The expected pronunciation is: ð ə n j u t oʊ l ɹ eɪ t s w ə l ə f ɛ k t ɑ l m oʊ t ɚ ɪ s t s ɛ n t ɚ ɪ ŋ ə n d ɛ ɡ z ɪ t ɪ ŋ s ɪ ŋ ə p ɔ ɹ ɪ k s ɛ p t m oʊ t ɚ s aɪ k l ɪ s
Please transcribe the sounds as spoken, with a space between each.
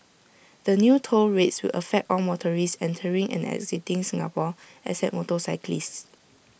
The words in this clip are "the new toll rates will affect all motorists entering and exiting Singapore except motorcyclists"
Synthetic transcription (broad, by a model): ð ə n j u t oʊ l ɹ eɪ t s w ə l ə f ɛ k t ɑ l m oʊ t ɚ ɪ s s ɛ n t ɚ ɪ ŋ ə n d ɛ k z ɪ t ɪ ŋ s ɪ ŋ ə p ɔ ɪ s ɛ t m oʊ t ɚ s aɪ k l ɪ s